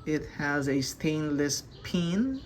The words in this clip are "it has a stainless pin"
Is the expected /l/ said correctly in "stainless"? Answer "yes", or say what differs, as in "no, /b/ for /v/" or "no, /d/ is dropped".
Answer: yes